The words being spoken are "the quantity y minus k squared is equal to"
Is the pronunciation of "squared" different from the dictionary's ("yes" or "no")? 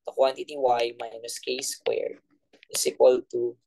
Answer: yes